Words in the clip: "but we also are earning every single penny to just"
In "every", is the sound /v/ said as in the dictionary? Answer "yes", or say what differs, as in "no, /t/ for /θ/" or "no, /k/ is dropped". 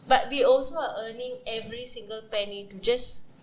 yes